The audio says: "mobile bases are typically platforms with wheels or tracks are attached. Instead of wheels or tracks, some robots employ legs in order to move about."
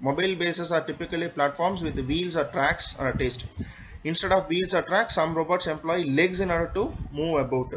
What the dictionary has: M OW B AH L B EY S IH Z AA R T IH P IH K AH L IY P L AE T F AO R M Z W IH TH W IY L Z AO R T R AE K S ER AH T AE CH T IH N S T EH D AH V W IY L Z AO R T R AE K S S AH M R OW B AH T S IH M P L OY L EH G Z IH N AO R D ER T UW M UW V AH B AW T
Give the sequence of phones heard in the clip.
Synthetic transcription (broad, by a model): M OW B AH L B EY S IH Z AA R T IH P IH K AH L IY P L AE T F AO R M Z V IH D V IY L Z AO R T R AE K S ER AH T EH S T IH N S T EH D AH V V IY L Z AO R T R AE K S S AH M R OW B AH T S IH M P L OY L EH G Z IH N AO R D ER T UW M UW V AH B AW T